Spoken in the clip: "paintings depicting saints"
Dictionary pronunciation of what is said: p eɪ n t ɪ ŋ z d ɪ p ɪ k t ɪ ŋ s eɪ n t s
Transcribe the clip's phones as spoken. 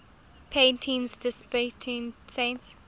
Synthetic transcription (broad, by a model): p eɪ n t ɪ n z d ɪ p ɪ t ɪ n s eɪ n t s